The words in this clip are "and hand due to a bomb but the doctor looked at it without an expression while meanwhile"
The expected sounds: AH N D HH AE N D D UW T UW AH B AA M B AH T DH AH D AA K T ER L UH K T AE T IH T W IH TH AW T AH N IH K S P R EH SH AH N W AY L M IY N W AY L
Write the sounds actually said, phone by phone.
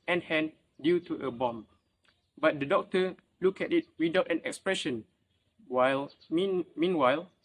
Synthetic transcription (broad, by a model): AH N HH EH N D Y UW T UW AH B AA M B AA T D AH D AA K T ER L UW K EH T IH T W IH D AW T AH N IH K S P R EH SH AH N W AY L M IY N W AY L